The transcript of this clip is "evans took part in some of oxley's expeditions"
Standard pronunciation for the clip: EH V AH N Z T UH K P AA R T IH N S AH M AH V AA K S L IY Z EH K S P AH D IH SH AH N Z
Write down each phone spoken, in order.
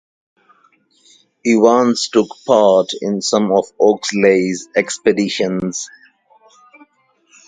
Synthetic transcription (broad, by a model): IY W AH N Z T UH K P AA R T IH N S AH M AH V AA K S L IY Z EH K S P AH D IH SH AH N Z